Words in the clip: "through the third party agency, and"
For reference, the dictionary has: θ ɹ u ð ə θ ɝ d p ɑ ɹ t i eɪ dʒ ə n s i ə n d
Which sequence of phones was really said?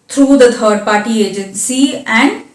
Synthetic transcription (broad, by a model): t ɹ u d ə t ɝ d p ɑ ɹ t i eɪ dʒ ə n s i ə n d